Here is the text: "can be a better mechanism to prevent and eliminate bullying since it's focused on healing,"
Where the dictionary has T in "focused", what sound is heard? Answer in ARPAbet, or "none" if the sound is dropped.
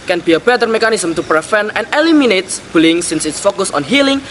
none